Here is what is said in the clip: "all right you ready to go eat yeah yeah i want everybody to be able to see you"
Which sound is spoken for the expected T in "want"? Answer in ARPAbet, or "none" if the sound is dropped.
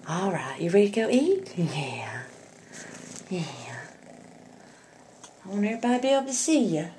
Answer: none